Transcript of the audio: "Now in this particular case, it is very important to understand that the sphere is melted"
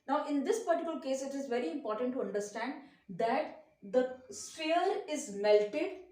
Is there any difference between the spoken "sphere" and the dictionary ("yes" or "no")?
yes